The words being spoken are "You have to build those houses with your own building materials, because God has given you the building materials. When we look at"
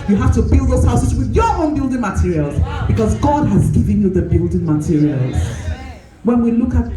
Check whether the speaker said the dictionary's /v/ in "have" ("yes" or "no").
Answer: no